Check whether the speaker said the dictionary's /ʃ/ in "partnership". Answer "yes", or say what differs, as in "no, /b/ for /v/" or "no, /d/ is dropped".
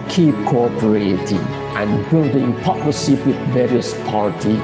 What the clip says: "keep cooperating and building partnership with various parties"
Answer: no, /s/ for /ʃ/